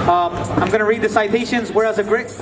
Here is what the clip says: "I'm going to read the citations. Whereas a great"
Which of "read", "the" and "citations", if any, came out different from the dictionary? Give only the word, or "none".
none